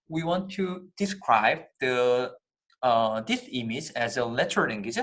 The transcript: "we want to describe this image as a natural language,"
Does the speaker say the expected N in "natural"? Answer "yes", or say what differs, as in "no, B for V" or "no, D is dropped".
no, L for N